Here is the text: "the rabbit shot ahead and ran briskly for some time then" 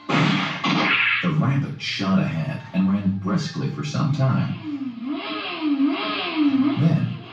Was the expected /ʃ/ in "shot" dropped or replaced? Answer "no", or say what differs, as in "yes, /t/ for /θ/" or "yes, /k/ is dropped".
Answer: no